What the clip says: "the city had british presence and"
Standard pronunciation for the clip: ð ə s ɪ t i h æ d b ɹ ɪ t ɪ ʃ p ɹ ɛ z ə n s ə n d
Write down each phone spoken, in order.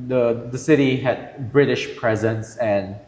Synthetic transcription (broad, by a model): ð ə s ɪ t i h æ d b ɹ ɪ t ɪ ʃ p ɹ ɛ z ə n s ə n